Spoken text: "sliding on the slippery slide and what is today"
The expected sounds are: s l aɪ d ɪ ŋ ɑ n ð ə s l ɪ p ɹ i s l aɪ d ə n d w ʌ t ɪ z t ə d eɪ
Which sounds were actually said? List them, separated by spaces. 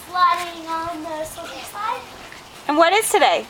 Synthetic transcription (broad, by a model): l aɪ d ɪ ŋ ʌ n ð ə s ɔ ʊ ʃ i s aɪ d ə n w ʌ t ɪ z t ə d eɪ